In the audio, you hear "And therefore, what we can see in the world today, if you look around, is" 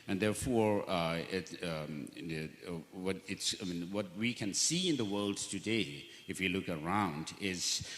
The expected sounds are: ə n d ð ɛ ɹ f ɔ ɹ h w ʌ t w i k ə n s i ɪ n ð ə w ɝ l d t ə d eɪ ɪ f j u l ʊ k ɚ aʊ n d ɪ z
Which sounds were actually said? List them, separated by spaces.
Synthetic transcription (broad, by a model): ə n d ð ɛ ɹ f ɔ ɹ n w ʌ t w i k ə n s i ɪ n ð ə w ɝ l d t ə d eɪ ɪ f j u l ʊ k ɚ aʊ n d ɪ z